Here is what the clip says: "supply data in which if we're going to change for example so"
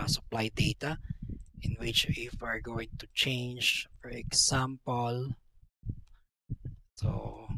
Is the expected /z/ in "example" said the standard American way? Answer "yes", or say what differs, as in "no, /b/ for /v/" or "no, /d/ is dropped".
no, /s/ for /z/